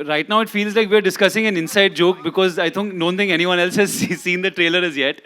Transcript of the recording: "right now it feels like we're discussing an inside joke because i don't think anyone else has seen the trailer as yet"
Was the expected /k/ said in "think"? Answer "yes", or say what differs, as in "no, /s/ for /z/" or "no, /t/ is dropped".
no, /k/ is dropped